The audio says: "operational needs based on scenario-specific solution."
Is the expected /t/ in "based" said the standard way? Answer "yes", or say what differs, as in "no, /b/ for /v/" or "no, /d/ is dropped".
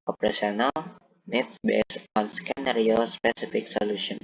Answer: no, /t/ is dropped